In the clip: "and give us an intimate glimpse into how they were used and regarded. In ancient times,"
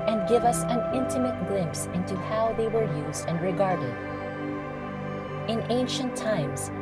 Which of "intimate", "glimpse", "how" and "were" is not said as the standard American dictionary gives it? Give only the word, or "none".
none